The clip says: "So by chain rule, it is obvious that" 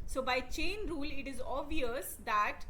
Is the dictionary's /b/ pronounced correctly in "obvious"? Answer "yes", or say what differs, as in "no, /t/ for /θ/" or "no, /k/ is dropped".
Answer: no, /b/ is dropped